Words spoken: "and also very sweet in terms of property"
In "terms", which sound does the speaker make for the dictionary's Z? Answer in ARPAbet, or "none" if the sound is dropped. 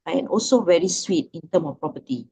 none